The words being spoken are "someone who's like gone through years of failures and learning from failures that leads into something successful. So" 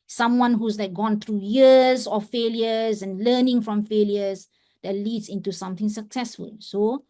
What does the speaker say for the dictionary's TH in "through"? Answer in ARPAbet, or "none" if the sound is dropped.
T